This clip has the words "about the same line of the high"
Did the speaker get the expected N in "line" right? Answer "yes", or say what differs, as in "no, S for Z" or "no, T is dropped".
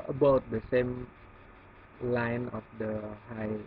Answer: yes